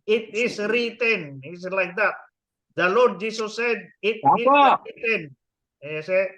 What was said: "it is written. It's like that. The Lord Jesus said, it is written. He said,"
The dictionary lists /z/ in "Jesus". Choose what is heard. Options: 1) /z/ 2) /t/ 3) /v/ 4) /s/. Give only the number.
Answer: 4